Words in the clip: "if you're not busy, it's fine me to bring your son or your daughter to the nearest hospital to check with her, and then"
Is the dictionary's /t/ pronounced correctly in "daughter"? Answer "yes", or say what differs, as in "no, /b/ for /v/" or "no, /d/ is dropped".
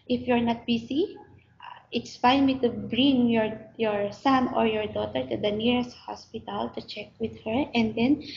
yes